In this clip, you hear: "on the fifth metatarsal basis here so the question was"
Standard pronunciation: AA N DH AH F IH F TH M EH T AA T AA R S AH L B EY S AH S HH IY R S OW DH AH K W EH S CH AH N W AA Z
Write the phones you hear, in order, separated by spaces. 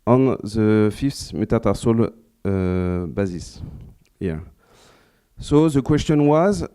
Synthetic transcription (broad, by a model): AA N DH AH F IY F S M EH T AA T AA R S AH L B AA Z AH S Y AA S OW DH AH K W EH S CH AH N W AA Z